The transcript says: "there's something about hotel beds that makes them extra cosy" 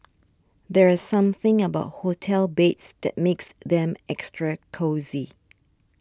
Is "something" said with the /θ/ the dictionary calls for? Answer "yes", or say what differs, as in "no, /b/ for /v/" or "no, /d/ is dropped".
yes